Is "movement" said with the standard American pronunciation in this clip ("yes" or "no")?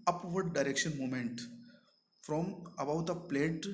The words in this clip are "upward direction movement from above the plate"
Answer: no